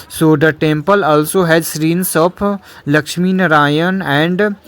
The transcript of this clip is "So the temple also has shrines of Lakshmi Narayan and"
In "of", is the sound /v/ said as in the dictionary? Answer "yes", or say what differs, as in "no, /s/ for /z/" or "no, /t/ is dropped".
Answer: no, /p/ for /v/